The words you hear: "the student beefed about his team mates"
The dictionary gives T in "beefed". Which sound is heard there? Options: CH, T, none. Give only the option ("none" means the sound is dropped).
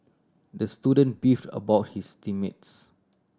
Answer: T